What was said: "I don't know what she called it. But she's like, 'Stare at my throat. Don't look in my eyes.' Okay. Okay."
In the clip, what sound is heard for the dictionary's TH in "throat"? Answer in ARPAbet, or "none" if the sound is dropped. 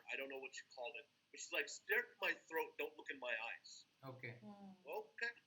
TH